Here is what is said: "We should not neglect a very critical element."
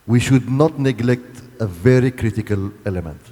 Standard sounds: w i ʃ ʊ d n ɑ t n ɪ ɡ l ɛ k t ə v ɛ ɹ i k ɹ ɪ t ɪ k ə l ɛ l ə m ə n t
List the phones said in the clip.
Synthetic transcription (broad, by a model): w i ʃ ʊ d n ɑ t n ɪ ɡ l ɛ k t ə v ɛ ɹ i k ɹ ɪ t ɪ k ə l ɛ l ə m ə n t